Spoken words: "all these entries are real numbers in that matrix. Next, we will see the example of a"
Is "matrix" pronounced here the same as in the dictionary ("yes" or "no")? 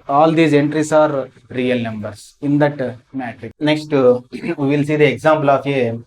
no